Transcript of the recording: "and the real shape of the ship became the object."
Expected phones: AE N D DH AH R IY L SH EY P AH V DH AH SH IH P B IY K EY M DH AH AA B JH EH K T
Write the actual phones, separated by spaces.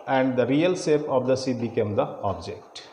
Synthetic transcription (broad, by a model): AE N D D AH R IY L S EY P AH V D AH S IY B IY K EY M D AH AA B JH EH K T